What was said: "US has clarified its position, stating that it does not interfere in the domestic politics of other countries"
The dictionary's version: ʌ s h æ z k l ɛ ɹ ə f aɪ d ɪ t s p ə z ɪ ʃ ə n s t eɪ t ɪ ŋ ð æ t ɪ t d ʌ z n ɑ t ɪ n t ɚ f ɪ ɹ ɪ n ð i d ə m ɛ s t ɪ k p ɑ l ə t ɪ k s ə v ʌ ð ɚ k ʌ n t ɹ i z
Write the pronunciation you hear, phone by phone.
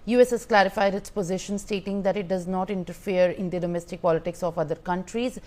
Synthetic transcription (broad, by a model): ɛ s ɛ s k l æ ɹ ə f aɪ d ɪ t s p ə z ɪ ʃ ə n s t eɪ t ɪ ŋ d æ t ɪ t d ʌ z n ɑ t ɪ n t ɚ f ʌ ɹ ɪ n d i d ə m ɛ s t ɪ k p ɑ l ə t ɪ k s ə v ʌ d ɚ k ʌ n t ɹ i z